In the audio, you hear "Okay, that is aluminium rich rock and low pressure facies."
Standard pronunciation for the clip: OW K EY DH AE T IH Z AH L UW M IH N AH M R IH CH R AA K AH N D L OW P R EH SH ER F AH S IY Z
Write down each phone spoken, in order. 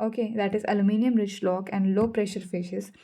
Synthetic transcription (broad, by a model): OW K EY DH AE T IH Z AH L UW M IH N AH M R IH CH L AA K AH N D L OW P R EH SH ER F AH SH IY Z